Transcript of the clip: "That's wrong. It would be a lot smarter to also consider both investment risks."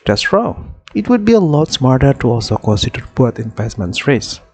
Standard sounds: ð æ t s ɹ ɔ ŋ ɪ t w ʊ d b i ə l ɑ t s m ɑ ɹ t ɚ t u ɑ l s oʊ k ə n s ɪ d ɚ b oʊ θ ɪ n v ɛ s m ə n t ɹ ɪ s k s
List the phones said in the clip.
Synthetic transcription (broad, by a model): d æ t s ɹ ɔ ɪ t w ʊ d b i ə l ɑ t s m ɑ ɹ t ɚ t u ɑ l s oʊ k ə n s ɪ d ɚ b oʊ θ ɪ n p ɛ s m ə n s ɹ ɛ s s